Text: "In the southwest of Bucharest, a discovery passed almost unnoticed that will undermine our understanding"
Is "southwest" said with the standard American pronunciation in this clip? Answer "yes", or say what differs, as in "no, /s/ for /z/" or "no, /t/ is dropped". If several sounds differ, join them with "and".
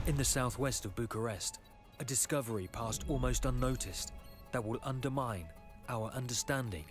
yes